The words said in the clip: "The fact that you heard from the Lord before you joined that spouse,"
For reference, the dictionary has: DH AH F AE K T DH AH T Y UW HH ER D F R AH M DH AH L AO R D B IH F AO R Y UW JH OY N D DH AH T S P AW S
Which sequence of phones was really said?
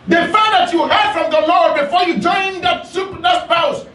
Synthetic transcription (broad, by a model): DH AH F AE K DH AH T Y UW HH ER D F R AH M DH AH L AO R D B IH F AO R Y UW JH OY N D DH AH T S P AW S